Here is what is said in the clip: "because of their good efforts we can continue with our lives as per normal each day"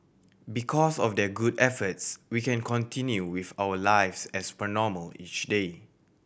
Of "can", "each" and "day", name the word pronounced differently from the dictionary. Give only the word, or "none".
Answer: none